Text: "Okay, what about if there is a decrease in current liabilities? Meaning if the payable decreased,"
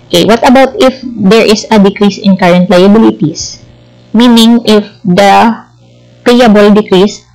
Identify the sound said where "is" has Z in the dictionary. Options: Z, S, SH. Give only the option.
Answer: S